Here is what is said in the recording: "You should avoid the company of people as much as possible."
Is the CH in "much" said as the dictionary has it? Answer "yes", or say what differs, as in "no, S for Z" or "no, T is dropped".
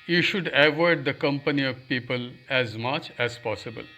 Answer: yes